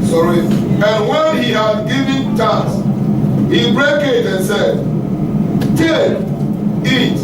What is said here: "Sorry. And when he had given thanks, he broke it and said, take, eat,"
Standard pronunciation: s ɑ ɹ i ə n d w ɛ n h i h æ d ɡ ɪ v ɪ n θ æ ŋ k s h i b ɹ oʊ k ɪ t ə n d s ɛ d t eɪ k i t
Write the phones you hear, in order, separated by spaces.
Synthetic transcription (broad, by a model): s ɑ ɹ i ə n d w ɛ n h i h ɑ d ɡ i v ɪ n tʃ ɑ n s h i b ɹ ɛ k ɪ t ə n s ɛ d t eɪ i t